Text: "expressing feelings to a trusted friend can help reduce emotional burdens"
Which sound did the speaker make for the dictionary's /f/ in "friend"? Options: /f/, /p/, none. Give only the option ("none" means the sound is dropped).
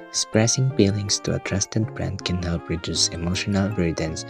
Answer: /p/